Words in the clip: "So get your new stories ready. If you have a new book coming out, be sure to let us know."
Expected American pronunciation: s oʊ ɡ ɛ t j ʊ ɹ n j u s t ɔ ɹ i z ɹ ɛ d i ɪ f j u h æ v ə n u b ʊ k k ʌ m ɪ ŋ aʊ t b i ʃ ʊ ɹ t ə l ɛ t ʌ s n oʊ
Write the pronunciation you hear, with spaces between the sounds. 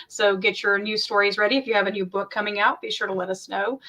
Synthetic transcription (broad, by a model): s oʊ ɡ ɛ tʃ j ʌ ɹ n j u s t ɔ ɹ i z ɹ ɛ d i ɪ f j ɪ v ə n u b ʊ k k ʌ m ɪ ŋ aʊ t b i ʃ ʊ ɹ t ə l ɛ t ʌ s n oʊ